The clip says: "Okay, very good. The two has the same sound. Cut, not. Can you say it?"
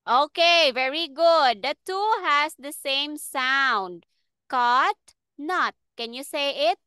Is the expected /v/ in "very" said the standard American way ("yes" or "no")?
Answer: yes